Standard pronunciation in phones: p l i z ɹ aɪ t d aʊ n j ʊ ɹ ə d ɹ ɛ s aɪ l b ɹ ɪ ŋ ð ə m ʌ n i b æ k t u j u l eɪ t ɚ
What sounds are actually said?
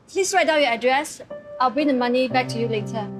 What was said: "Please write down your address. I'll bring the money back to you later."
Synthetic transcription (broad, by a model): p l i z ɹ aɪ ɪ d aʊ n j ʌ ə d ɹ ɛ s aɪ l b ɹ ɪ ŋ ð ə m ʌ n i b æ k t u j u l eɪ t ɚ